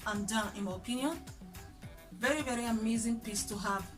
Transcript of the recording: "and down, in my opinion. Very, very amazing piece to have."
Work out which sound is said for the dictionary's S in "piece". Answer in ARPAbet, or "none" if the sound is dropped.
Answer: S